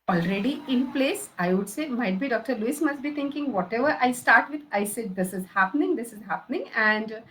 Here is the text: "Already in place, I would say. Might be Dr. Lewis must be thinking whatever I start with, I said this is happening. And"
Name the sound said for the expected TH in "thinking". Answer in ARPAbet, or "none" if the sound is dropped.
T